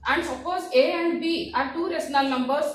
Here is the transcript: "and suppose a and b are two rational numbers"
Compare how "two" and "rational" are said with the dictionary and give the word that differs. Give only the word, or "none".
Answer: rational